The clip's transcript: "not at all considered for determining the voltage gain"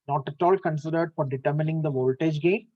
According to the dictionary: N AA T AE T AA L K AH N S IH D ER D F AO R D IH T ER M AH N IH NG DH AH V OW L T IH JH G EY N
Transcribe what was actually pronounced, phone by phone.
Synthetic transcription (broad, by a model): N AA T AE T AA L K AH N S IH D ER D F AO R D IH T ER M AH N IH NG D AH V OW L T IH JH G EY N